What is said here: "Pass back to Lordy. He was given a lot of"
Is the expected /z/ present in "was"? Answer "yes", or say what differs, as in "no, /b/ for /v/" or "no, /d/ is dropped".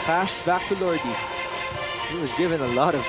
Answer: yes